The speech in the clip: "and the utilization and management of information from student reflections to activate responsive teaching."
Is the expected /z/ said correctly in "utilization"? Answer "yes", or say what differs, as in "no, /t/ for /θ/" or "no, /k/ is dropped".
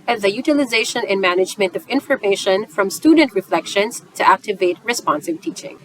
yes